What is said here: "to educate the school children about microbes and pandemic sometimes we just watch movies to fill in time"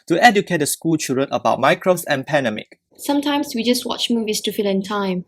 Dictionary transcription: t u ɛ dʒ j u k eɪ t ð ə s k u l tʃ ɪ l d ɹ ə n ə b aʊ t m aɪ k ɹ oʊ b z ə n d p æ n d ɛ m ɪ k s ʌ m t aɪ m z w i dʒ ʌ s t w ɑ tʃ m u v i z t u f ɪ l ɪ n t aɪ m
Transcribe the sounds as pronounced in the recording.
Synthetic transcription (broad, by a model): t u ɛ dʒ j u k eɪ t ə s k u l tʃ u d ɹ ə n ə b aʊ t m aɪ k ɹ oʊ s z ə n p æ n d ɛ m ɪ k s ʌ m t aɪ m s w i dʒ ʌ s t w ɑ tʃ m u v i s t u f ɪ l ɪ n t aɪ m